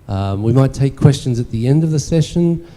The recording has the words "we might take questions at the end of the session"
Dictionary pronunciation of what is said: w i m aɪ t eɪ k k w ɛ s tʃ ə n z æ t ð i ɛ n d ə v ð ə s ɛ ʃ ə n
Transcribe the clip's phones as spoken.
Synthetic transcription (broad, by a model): w i m aɪ t eɪ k k w ɛ s tʃ ə n z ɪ t ð i ɛ n d ə v ð ə s ɛ ʃ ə n